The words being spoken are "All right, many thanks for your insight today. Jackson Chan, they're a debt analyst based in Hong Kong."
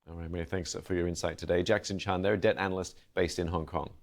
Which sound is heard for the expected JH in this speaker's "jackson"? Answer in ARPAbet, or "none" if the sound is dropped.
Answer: JH